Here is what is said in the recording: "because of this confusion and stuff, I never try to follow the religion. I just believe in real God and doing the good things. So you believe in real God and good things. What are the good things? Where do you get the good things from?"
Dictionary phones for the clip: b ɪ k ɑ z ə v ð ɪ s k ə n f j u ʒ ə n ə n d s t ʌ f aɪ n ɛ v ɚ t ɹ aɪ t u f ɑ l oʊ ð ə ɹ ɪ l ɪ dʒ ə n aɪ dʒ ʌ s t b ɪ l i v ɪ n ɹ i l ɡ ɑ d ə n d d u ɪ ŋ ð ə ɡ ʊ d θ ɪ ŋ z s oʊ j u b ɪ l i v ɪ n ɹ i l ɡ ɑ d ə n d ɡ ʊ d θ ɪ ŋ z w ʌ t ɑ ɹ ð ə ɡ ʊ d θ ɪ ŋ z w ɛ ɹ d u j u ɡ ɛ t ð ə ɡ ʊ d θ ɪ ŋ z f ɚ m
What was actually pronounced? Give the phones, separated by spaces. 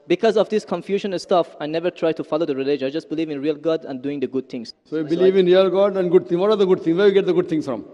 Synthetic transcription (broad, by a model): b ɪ k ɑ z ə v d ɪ s k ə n f j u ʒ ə n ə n s t ʌ f aɪ n ɛ v ɚ t ɹ aɪ t u f ɑ l oʊ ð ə ɹ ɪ l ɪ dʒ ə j dʒ ʌ s t b ɪ l i v ɪ n ɹ i l ɡ ɑ d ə n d d u ɪ ŋ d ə ɡ ʊ d t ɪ ŋ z s oʊ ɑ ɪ b ɪ l i v ɪ n ɹ i l ɡ ɑ d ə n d ɡ ʊ d t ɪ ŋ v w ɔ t ɑ ɹ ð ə ɡ ʊ d t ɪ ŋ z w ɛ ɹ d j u ɡ ɛ t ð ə ɡ ʊ d t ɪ ŋ s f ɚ m